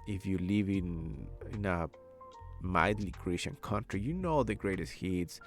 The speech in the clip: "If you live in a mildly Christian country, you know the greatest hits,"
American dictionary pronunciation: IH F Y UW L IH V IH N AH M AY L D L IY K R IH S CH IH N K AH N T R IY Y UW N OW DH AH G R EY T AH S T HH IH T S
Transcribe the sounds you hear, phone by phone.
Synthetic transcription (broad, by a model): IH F Y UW L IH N IH N AH M AY D L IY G R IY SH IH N K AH N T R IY Y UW N OW DH AH G R EY T AH S T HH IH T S